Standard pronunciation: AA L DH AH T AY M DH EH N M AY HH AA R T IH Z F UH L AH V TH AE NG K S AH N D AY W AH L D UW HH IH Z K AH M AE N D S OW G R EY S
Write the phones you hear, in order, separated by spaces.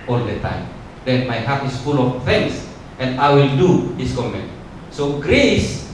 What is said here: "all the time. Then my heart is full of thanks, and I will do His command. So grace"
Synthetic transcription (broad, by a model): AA L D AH T AY M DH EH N M AY HH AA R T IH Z F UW L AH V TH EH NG S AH N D AY W AH L D UW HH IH S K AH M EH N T S OW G R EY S